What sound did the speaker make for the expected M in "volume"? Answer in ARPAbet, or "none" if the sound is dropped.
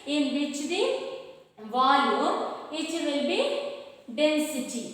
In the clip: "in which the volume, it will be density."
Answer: none